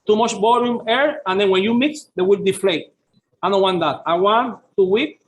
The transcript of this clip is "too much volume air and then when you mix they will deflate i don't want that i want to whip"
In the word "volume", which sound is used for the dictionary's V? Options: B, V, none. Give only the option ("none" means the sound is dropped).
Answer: B